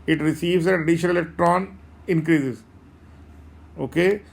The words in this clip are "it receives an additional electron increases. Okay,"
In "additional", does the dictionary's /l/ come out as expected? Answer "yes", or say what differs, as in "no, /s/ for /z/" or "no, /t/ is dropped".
no, /n/ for /l/